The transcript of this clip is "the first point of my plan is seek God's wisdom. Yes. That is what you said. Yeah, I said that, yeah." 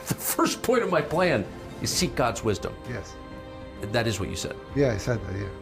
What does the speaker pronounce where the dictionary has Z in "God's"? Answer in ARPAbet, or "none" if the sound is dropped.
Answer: Z